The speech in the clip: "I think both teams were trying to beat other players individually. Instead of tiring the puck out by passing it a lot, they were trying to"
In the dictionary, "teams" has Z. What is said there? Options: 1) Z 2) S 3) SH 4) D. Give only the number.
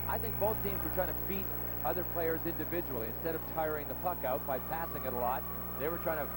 1